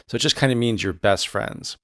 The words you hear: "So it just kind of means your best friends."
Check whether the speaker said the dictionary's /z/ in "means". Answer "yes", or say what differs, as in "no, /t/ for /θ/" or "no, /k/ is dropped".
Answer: yes